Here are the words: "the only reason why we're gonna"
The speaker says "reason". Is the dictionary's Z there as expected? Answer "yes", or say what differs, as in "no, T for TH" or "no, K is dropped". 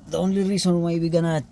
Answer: no, S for Z